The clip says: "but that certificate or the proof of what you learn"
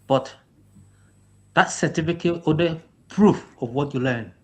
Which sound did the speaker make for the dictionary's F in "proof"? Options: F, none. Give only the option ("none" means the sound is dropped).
F